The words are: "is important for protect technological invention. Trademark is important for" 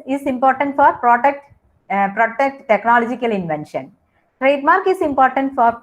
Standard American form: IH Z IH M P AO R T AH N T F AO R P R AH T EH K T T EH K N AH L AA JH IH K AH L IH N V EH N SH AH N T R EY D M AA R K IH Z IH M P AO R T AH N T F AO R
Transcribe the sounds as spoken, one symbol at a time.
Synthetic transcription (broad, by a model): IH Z IH M P AO R T AH N T F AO R P R AH T EH K T T EH K N AH L AA JH IH K AH L IH N V EH N SH AH N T R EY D M AA R K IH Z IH M P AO R T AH N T F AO R